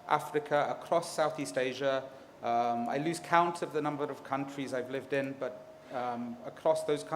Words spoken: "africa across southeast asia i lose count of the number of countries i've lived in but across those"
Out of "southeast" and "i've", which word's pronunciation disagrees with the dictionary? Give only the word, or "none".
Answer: none